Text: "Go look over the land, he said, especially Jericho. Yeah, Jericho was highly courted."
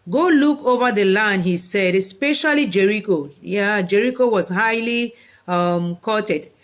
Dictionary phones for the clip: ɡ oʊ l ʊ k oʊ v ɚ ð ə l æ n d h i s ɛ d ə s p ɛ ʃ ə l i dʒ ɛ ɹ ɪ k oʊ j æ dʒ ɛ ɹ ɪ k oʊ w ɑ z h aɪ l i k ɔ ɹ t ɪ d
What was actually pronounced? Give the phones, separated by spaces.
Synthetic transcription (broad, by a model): ɡ oʊ l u k oʊ v ɚ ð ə l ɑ n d h i s ɛ d ə s p ɛ ʃ ə l i dʒ ɛ ɹ ɪ k oʊ j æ dʒ ɛ ɹ ɪ k oʊ w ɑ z h aɪ l i k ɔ t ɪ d